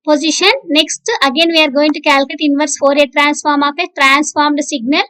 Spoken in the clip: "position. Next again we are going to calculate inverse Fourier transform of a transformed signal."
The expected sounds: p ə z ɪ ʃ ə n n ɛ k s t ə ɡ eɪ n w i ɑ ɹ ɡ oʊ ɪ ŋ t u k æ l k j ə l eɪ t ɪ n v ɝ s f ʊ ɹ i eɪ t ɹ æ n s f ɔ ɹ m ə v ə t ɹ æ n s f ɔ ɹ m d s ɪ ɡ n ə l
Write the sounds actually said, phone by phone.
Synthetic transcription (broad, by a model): p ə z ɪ ʃ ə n n ɛ k s t ə ɡ eɪ n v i ɑ ɹ ɡ oʊ ɪ ŋ t u k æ l k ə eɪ t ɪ n v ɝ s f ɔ ɹ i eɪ t ɹ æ n s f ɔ ɹ m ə p ə t ɹ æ n s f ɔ ɹ m d s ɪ ɡ n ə l